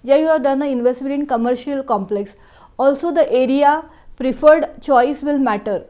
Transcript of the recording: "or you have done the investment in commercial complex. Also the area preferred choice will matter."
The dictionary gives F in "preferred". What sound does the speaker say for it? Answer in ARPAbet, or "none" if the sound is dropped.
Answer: F